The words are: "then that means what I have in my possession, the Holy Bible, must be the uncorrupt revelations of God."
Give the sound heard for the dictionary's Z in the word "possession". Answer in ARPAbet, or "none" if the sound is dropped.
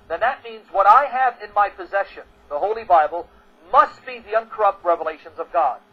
Z